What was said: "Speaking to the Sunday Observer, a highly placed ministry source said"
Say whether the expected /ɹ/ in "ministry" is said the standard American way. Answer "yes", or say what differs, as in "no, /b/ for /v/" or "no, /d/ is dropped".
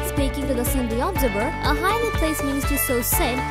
no, /ɹ/ is dropped